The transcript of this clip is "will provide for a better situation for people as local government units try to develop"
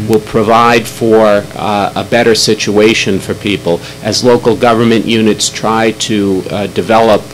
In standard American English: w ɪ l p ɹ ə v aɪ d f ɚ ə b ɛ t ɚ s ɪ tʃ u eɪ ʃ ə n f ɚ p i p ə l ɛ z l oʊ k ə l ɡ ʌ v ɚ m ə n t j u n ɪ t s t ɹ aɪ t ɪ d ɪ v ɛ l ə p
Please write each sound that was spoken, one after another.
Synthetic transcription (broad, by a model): w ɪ l p ɹ ə v aɪ d f ɚ ə b ɛ t ɚ s ɪ tʃ u eɪ ʃ ə n f ɚ p i p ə l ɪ z l oʊ k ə l ɡ ʌ v ɚ m ə n t j u n ɪ t s t ɹ aɪ t ɪ d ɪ v ɛ l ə p